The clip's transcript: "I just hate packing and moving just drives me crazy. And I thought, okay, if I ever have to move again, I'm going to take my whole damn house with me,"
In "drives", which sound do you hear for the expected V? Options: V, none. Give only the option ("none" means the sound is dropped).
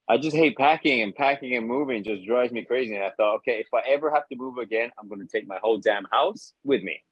none